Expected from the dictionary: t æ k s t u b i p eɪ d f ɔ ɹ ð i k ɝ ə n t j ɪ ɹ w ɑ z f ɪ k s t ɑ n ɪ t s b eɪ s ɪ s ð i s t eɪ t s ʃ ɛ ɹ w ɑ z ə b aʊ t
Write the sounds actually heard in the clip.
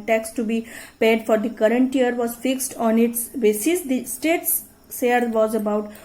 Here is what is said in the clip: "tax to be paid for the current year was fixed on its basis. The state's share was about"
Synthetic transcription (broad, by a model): t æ k s t u b i p eɪ d f ɔ ɹ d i k ɝ ə n t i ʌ ɹ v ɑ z f ɪ k s t ɑ n ɪ t s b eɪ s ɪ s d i s t eɪ t s s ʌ ɹ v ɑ z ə b aʊ t